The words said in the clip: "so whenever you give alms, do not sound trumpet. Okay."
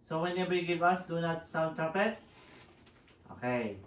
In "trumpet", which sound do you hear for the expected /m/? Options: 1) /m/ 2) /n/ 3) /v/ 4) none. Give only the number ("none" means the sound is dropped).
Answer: 4